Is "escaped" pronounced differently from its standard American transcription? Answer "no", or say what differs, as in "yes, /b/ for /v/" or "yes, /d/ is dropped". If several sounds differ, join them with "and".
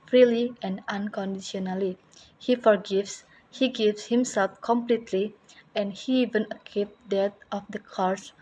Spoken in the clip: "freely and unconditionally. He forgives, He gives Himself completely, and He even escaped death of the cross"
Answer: yes, /s/ is dropped